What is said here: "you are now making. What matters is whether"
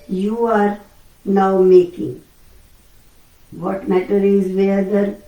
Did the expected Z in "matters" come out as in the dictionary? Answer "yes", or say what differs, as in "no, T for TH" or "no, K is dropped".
no, Z is dropped